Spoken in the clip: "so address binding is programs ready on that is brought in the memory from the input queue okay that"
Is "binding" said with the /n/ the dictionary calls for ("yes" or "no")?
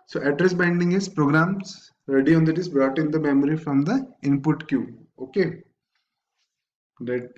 yes